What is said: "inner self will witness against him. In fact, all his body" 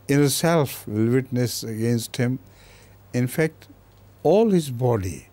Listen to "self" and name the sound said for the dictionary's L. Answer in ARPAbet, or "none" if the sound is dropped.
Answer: L